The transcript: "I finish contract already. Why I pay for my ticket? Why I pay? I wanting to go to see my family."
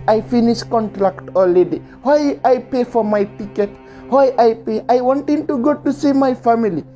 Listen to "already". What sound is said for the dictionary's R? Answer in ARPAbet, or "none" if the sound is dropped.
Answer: L